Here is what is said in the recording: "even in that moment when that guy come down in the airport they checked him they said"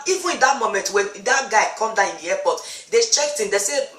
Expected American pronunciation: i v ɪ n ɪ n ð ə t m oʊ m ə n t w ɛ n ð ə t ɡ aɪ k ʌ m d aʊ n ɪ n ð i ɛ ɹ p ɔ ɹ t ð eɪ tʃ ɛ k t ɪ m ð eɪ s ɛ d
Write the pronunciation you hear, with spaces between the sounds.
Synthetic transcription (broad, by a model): i v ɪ n ɪ n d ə t m oʊ m ə n t w ɛ n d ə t ɡ aɪ k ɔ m d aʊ ɪ n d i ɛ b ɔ t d eɪ tʃ ɛ k t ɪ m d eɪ s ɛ